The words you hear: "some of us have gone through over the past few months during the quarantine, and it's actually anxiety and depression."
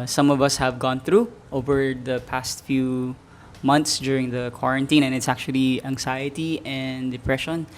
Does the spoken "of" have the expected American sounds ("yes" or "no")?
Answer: yes